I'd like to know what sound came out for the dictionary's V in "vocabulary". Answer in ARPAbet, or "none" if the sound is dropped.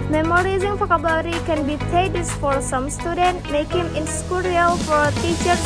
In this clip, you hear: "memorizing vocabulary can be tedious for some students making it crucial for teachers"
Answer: F